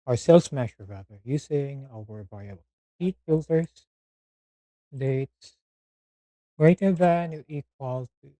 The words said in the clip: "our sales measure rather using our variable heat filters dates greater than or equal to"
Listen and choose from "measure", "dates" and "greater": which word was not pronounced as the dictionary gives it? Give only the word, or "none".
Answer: measure